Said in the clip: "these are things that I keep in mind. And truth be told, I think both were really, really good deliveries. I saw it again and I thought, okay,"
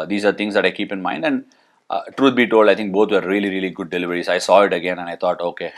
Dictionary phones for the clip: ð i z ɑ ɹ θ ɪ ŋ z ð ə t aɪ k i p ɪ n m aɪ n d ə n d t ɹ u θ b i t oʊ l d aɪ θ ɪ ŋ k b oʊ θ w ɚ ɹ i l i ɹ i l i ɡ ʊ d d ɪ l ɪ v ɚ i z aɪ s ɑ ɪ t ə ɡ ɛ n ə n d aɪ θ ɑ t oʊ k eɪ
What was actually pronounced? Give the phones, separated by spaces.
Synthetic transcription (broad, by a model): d i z ɑ ɹ t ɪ ŋ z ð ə t aɪ k i p ɪ n m aɪ n d ə n d t ɹ u t b i t oʊ l d aɪ t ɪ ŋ k b oʊ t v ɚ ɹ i l i ɹ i l i ɡ ʊ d d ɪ l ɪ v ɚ i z aɪ s ɑ ɪ t ə ɡ ɛ n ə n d aɪ t ɑ t oʊ k eɪ